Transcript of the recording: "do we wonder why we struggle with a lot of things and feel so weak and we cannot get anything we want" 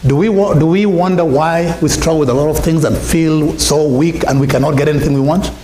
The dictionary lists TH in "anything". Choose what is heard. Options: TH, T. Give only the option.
TH